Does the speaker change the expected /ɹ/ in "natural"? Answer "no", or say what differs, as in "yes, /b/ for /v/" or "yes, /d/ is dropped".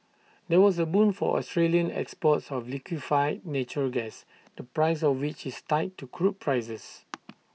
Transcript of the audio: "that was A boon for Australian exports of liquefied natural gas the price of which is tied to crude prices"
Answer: yes, /ɹ/ is dropped